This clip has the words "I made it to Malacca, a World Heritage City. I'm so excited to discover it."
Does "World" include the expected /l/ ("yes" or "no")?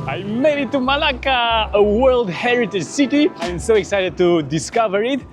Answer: yes